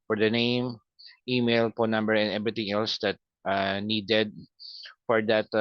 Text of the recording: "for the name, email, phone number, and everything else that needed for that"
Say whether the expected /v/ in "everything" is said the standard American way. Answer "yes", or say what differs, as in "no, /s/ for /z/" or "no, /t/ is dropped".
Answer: no, /b/ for /v/